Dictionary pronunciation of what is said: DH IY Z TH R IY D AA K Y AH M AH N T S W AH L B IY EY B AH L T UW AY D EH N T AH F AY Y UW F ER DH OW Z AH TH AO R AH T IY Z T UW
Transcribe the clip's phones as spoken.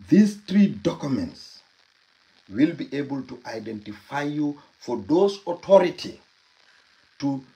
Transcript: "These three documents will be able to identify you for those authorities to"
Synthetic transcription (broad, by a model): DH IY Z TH R IY D AA K Y AH M AH N T S W AH L B IY EY B AH L T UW AY D EH N T AH F AY Y UW F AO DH OW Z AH T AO R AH T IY T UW